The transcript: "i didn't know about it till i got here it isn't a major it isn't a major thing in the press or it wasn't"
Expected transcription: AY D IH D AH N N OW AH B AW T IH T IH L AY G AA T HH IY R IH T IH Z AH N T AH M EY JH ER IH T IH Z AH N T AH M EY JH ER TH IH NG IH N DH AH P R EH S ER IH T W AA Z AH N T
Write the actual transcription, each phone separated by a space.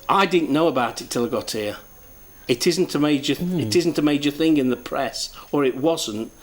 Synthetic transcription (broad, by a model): AY D IH D N N OW AH B AW T IH T IH L AY G AA T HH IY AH IH T IH Z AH N T AH M EY JH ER IH T IH Z N T AH M EY JH ER TH IH NG IH N DH AH P R EH S ER IH T W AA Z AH N T